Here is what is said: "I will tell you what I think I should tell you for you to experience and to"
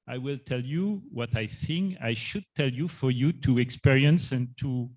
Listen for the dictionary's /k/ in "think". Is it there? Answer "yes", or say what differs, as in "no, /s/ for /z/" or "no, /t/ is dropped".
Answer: no, /k/ is dropped